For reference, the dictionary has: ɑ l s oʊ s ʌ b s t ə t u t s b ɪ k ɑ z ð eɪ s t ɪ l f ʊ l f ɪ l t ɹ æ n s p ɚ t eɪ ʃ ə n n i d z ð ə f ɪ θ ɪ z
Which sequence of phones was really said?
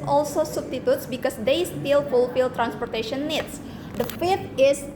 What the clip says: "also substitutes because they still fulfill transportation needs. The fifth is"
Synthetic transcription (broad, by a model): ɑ l s oʊ s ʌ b s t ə t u t s b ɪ k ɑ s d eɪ s t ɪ l f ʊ l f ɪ l t ɹ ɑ n s p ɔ t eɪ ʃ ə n n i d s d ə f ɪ t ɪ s